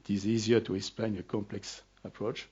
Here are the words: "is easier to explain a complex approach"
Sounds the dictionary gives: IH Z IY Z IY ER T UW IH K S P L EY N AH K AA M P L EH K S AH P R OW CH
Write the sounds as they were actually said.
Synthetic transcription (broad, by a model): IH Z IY Z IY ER T UW IH K S P L EY N AH K AA M P L EH K S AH P R OW CH